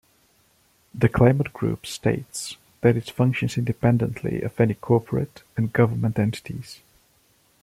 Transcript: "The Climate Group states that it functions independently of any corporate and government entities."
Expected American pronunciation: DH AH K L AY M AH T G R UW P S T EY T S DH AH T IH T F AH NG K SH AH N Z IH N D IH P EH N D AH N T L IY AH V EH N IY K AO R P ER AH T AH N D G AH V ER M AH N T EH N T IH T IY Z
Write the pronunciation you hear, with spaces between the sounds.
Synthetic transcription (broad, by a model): DH AH K L AY M AH T G R UW P S T EY T S DH AH T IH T F AH NG K SH AH N Z IH N D IH P EH N D AH N T L IY AH V EH N IY K AO R P ER AH T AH N G AH V ER M AH N T EH N T IH T IY Z